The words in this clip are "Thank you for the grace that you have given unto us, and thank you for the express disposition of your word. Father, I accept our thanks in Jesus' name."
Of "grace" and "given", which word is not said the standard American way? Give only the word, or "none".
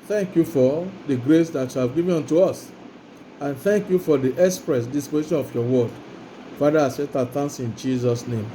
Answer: given